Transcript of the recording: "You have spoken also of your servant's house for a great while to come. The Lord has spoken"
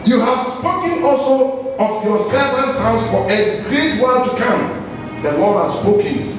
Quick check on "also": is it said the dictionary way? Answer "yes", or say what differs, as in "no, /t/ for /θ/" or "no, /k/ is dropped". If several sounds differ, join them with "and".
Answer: yes